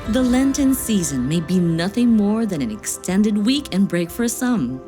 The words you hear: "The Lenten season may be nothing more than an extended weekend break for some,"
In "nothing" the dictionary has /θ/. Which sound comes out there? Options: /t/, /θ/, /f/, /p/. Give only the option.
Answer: /θ/